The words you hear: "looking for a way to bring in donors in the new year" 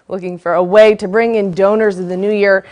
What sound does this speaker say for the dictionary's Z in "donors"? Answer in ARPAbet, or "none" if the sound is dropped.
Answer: Z